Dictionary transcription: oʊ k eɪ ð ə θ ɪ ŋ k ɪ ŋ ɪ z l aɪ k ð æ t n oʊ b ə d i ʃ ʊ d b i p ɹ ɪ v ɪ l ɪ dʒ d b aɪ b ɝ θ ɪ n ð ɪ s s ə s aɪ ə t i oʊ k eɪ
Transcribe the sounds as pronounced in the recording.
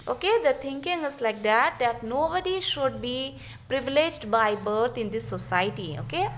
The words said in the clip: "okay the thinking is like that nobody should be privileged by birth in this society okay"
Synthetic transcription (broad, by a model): oʊ k eɪ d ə t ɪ ŋ k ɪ ŋ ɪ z l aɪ k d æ t n oʊ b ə d i ʃ ʊ d b i p ɹ ɪ v ɪ l ɪ dʒ d b aɪ b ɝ t ɪ n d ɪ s s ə s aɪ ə t i oʊ k eɪ